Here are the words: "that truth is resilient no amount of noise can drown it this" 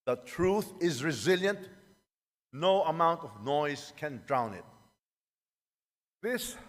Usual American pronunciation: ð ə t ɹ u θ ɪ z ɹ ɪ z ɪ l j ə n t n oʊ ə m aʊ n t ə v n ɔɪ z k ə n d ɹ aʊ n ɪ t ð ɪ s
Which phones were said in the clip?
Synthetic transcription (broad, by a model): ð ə t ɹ u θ ɪ z ɹ ɪ z ɪ l j ə n t n oʊ ə m aʊ n t ə v n ɔɪ z k ə n d ɹ aʊ n ɪ t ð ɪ s